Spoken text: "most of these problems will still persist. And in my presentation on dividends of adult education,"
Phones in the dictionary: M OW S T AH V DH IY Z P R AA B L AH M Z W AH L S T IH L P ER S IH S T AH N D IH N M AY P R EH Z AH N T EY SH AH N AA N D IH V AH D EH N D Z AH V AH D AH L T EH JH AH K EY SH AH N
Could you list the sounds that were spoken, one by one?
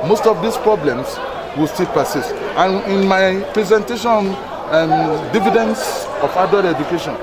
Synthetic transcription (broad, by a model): M OW S T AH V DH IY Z P R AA B L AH M S W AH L S T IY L P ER S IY S T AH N IH N M AY P R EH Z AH N T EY SH AA N D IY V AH D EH N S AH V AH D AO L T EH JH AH K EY SH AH N